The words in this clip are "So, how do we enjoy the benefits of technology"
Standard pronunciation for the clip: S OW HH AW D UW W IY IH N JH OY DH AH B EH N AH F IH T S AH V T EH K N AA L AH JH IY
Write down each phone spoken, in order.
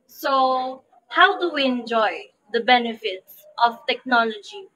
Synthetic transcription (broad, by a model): S OW HH AW D UW W IY IH N JH OY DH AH B EH N AH F IH T S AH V T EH K N AA L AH JH IY